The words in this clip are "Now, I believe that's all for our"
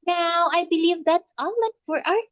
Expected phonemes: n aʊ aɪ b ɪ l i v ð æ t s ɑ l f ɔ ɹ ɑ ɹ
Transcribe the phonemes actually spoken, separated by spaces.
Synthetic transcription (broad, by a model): n aʊ aɪ b ɪ l i v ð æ t s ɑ n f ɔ ɹ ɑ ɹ